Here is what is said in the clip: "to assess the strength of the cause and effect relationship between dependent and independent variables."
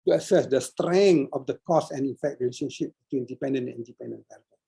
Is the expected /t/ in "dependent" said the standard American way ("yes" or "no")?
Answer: no